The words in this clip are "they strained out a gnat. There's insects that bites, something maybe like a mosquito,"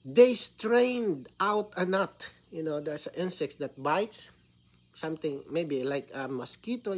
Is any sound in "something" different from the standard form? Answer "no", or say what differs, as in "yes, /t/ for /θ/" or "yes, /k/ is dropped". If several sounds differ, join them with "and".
yes, /t/ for /θ/